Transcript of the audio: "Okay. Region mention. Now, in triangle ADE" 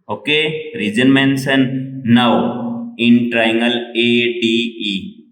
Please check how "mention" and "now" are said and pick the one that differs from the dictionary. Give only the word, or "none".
mention